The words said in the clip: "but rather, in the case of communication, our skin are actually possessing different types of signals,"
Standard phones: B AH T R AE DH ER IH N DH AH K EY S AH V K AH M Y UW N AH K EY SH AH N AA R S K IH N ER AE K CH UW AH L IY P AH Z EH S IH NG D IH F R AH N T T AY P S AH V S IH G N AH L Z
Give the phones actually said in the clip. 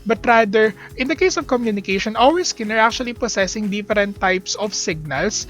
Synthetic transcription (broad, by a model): B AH T R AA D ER IH N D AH K EY S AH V K AH M Y UW N AH K EY SH AH N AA L S K IH N ER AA K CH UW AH L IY P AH S EH S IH NG D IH F R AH N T T AY P S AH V S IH G N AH L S